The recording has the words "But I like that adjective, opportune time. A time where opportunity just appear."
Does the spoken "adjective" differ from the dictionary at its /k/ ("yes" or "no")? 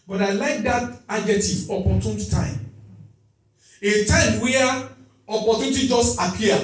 yes